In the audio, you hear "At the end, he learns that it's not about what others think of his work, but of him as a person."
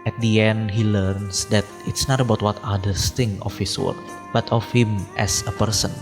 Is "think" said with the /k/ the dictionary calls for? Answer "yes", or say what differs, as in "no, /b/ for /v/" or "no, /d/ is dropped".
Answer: no, /k/ is dropped